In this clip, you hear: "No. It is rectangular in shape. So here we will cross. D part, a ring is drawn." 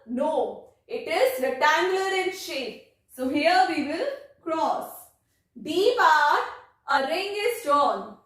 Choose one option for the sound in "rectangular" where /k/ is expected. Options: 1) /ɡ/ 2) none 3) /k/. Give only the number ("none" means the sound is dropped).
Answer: 2